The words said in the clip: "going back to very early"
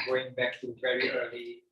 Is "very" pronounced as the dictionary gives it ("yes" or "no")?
yes